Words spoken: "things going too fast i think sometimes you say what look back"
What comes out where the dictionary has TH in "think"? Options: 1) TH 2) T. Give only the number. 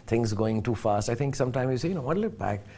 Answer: 2